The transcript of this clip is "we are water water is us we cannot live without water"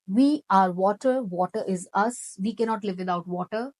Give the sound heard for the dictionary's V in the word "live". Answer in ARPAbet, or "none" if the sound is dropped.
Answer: V